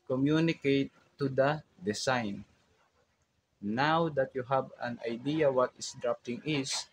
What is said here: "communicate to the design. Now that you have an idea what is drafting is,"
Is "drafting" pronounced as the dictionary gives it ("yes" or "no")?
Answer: no